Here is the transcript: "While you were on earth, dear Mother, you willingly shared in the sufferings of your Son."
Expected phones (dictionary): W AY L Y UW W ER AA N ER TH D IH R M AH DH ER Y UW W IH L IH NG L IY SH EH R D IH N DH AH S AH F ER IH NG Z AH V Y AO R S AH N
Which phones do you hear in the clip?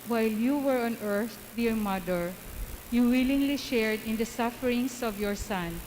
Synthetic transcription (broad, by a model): W AY L Y UW W ER AA N ER TH D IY R M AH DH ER Y UW W IH L IH NG L IY SH EH R D IH N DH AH S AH F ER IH NG S AH V Y AO R S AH N